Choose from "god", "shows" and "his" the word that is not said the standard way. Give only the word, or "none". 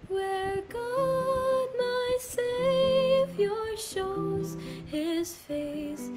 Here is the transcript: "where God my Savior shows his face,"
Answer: none